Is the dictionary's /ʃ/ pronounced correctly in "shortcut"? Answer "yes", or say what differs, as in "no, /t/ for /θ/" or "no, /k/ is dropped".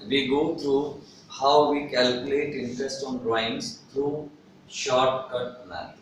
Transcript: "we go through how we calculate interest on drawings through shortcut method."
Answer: yes